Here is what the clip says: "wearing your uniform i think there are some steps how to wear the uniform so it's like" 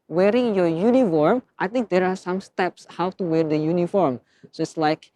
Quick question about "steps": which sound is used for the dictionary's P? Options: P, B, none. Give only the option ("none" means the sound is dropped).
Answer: P